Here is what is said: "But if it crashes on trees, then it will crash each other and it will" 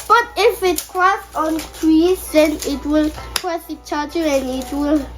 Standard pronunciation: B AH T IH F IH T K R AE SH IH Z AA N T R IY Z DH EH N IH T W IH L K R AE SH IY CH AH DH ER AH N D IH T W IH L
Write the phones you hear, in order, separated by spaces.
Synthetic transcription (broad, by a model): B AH T IH F IH T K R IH S AA N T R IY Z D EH N IH T W IH L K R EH S IY CH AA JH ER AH N IH T W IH L